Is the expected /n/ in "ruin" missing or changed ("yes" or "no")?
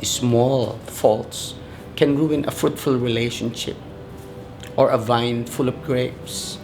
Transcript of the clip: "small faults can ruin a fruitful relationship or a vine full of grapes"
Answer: no